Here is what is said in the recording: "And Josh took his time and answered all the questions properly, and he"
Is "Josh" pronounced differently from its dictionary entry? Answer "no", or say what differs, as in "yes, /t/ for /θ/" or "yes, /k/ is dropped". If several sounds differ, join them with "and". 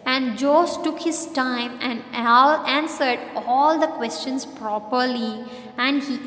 yes, /s/ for /ʃ/